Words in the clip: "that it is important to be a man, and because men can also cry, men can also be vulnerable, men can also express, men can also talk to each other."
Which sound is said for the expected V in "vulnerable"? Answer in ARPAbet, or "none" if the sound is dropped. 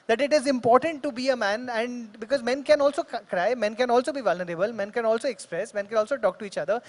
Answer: V